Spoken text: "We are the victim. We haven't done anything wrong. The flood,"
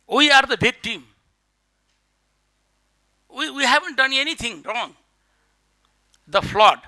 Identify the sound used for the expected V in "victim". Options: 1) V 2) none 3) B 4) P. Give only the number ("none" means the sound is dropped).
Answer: 3